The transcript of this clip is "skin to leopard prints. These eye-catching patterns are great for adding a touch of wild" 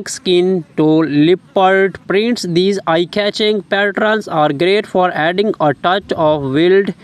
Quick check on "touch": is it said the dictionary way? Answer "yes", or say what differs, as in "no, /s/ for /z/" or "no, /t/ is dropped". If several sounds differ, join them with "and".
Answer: yes